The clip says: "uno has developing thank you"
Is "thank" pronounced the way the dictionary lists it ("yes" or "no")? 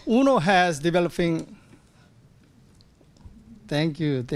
no